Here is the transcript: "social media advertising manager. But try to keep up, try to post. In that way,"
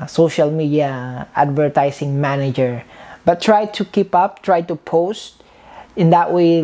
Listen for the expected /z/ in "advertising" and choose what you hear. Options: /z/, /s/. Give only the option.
/s/